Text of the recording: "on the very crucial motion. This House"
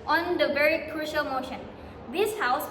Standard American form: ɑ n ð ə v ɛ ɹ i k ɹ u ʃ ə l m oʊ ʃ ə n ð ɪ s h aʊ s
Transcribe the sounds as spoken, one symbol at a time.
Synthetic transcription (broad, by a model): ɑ n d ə v ɛ ɹ i k ɹ u ʃ ə l m oʊ ʃ ə n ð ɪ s h aʊ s